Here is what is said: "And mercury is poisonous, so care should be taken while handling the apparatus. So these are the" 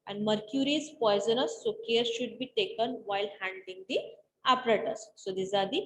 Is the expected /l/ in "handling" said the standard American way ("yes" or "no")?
no